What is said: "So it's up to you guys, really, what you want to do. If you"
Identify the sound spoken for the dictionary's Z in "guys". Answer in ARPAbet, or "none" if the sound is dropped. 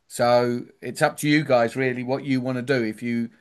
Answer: Z